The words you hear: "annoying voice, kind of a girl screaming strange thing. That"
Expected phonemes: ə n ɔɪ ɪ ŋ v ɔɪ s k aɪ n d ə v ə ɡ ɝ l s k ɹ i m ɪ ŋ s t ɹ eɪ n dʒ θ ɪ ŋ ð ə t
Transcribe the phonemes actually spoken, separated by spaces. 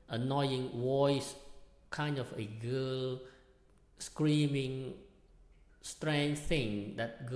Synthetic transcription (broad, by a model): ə n ɔɪ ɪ ŋ w ɔɪ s k aɪ n d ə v ə ɡ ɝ l s k ɹ i m ɪ ŋ s t ɹ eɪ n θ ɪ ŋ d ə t